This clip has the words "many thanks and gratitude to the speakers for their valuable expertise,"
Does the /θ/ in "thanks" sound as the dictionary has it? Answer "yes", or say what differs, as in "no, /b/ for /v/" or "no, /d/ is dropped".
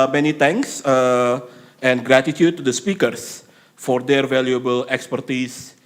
no, /t/ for /θ/